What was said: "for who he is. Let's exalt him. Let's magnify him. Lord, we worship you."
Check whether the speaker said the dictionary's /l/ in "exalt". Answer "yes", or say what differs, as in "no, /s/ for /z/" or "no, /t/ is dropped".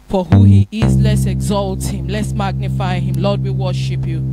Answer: yes